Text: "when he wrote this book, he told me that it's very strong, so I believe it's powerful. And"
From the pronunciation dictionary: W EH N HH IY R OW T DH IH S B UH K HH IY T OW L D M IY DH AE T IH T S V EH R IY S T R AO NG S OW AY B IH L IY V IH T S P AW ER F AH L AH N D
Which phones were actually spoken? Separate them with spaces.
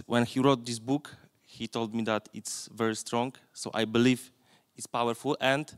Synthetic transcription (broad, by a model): W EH N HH IY R OW T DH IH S B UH K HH IY T OW L D M IY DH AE T IH T S V EH R IY S T R AO NG S OW AY B IH L IY V IH T S P AW ER F AH L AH N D